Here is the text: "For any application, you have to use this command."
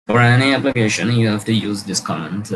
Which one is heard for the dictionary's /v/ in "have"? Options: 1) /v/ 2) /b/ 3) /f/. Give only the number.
3